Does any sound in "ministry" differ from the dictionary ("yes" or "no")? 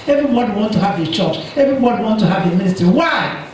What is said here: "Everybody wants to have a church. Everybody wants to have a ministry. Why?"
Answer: no